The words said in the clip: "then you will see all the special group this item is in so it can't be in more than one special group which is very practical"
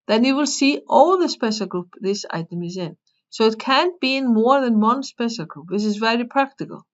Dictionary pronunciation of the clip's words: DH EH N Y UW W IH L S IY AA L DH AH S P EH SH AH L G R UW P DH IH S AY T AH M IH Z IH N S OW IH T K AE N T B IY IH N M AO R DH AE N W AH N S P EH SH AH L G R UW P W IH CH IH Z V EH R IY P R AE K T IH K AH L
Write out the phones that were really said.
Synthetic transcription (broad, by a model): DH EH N Y UW W IH L S IY AA L DH AH S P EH S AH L G R UW P DH IH S AY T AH M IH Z IH N S OW IH T K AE N B IY IH N M AO R DH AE N W AH N S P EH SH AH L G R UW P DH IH S IH Z V EH R IY P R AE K T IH K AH L